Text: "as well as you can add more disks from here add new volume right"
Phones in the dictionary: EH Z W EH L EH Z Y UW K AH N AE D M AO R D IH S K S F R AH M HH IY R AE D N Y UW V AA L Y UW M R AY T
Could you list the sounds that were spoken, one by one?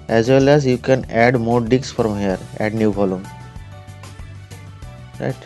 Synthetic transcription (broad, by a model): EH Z W EH L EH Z Y UW K AH N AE D M AO R D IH K S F R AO M HH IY R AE D N Y UW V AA L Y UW M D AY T